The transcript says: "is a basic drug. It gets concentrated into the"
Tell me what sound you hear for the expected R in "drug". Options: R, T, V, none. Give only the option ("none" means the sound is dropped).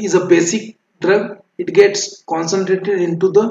R